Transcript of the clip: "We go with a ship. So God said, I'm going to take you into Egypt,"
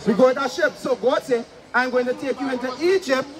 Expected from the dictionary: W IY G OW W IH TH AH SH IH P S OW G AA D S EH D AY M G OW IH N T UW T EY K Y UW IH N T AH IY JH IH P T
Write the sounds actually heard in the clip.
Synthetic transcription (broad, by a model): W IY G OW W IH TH AH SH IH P S OW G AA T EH AY M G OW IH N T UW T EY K Y UW IH N T AH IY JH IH P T